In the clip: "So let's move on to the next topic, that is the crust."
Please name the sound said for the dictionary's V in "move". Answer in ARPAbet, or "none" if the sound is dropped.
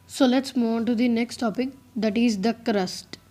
none